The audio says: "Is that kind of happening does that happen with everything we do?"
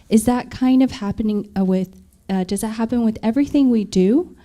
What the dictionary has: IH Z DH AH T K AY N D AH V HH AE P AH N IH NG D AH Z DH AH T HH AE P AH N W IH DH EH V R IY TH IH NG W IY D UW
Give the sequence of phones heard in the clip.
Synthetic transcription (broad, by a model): IH Z DH AH T K AY N D AH V HH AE P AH N IH NG D AH Z DH AH T HH AE P AH N W IH DH EH V R IY TH IH NG W IY D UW